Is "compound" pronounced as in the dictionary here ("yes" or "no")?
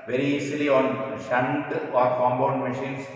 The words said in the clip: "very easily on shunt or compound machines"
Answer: no